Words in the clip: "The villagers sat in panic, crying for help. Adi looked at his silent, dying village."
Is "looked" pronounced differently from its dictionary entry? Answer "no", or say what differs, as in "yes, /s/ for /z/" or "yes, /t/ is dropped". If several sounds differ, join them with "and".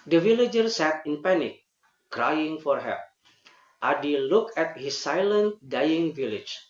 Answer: yes, /t/ is dropped